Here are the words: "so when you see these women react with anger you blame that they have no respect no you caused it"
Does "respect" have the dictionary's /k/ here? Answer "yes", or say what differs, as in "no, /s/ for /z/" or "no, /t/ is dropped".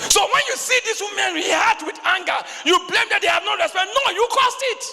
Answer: no, /k/ is dropped